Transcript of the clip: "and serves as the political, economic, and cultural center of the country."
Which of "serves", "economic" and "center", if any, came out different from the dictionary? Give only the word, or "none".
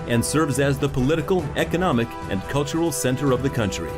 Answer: none